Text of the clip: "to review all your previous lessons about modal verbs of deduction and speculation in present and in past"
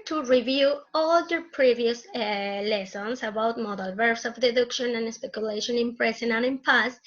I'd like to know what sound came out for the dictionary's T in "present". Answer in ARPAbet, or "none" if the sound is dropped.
none